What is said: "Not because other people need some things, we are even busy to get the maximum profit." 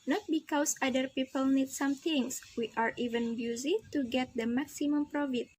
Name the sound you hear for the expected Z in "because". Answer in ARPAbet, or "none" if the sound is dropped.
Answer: S